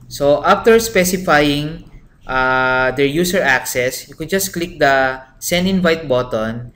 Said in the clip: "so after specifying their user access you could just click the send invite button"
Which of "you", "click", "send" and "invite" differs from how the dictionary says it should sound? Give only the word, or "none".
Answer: send